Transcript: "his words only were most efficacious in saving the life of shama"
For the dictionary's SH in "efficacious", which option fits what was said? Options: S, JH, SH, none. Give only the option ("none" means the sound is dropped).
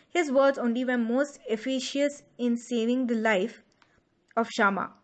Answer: none